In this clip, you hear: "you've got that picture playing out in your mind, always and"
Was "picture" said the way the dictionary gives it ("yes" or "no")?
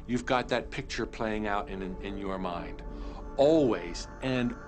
yes